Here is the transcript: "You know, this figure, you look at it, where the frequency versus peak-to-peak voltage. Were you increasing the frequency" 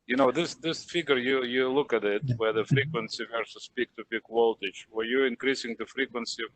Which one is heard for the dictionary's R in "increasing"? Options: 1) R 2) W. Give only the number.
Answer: 1